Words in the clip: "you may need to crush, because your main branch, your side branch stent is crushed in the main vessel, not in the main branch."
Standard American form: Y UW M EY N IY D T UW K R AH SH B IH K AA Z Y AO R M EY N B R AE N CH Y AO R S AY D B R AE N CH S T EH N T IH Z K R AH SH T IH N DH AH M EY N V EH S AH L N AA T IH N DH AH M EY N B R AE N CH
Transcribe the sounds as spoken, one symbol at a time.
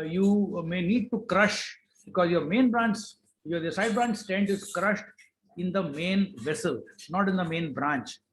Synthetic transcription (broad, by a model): Y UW M EY N IY D T UW K R AH SH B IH K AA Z Y AO R M EY N B R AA N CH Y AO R S AY D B R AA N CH S T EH N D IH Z K R AH SH T IH N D AH M EY N V EH S AH L N AA T IH N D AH M EY N B R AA N CH